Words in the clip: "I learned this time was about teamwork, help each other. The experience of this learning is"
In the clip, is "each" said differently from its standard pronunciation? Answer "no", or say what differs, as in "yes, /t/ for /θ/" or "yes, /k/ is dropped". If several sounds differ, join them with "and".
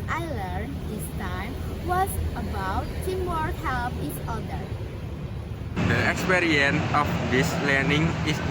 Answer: yes, /s/ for /tʃ/